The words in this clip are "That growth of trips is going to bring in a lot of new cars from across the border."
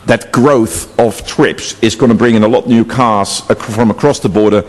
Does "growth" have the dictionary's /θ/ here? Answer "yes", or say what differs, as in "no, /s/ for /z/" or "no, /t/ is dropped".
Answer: yes